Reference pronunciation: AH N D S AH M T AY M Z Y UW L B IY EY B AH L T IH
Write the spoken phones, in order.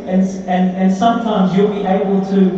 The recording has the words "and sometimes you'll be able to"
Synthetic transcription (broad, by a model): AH N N S AH M T AY M Z Y UW L B IY EY B AH L T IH